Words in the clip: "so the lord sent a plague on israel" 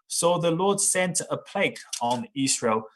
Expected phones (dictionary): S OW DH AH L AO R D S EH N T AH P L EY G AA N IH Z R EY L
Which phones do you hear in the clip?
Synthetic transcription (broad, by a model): S OW DH AH L AO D S EH N T AH P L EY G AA N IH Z R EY L